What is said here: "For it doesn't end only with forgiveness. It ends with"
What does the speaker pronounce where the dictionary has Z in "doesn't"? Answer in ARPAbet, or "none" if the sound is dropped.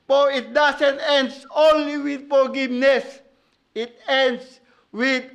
S